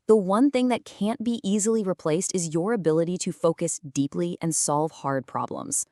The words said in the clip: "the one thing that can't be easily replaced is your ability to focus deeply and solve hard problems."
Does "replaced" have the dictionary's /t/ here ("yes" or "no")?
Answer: yes